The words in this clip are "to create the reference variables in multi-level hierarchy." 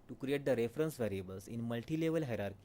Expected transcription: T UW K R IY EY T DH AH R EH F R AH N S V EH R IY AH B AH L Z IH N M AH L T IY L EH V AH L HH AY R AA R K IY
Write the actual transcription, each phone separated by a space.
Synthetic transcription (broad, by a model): T UW K R IY EY T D AH R EH F R AH N S V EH R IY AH B AH L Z IH N M AH L T IY L EH V AH L HH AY R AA R K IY